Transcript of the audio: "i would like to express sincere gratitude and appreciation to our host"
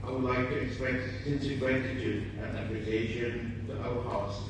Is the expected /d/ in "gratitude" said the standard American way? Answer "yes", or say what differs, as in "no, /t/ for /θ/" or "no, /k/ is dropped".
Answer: no, /d/ is dropped